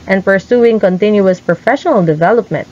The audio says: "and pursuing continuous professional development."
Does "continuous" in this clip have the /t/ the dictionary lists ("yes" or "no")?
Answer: yes